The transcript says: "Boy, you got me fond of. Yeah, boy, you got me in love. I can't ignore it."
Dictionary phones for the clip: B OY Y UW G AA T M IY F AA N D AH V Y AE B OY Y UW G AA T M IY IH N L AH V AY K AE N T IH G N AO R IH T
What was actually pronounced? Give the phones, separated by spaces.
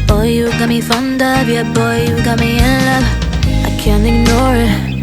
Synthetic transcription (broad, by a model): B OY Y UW G AA T M IY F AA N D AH B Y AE B OY Y UW G AA T M IY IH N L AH AY K AE N T IH G N AO R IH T